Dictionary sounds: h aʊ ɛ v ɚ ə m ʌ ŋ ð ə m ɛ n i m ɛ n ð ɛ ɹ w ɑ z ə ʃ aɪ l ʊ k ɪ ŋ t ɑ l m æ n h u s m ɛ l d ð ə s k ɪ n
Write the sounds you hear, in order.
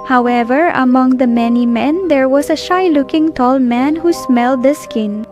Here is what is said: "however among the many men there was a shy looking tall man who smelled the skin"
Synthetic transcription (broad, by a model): h aʊ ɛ v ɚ ə m ʌ ŋ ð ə m ɛ n i m ɛ n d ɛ ɹ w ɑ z ə ʃ aɪ l ʊ k ɪ ŋ t ɑ l m æ n h u s m ɛ l d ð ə s k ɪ n